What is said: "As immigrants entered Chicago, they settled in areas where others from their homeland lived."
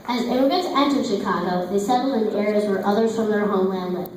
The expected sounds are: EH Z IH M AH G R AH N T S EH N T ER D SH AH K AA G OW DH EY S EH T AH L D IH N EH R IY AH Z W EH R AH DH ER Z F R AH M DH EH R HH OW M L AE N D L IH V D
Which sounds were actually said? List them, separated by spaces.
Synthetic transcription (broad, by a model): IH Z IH AH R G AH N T EH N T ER SH AH K AA G OW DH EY S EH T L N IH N EH R IY AH Z W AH R AH DH ER Z F R AH M DH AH R HH OW M L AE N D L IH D